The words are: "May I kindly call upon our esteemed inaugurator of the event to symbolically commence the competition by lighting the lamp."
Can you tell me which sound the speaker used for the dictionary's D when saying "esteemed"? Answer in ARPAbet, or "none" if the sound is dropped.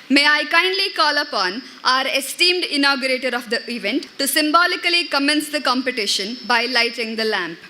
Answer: D